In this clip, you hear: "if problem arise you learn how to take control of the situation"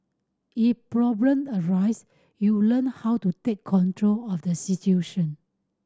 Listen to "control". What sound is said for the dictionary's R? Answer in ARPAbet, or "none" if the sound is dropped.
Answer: R